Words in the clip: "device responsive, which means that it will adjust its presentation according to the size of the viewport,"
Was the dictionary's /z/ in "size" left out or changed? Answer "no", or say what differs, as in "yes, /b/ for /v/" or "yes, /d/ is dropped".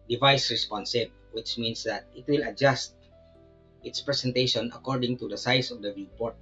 yes, /s/ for /z/